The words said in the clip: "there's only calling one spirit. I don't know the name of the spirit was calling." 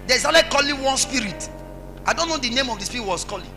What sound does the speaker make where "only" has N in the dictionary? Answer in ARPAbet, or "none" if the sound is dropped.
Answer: none